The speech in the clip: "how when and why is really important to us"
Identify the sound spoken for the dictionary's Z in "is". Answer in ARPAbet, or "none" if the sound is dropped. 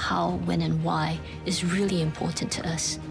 Z